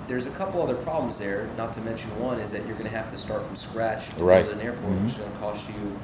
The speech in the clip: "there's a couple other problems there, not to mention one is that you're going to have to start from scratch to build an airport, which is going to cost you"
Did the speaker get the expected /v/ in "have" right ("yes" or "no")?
no